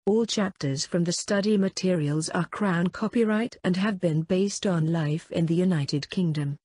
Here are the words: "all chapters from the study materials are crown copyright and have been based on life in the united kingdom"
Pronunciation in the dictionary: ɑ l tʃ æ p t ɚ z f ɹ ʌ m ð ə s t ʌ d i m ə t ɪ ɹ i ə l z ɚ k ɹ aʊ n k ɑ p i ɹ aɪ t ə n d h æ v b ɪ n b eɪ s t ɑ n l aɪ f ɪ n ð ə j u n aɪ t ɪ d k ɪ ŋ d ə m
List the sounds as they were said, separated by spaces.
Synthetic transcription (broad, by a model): ɑ l tʃ æ p t ɚ z f ɹ ʌ m ð ə s t ʌ d i m ə t ɪ ɹ i ə l z ɚ k ɹ aʊ n k ɑ p i ɹ aɪ t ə n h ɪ v b ɪ n b eɪ s t n l aɪ f ɪ n ð ə j u n aɪ t ɪ d k ɪ ŋ d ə m